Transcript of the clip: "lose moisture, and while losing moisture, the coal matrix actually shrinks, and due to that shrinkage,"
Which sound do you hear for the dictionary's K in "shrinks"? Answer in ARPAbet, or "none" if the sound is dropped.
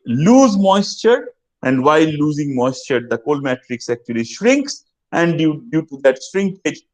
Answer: K